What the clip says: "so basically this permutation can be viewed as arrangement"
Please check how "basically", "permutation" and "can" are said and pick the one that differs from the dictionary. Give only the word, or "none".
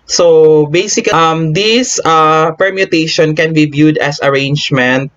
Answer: basically